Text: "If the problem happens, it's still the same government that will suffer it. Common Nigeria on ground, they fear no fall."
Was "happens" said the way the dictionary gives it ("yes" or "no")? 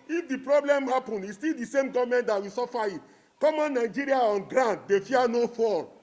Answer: no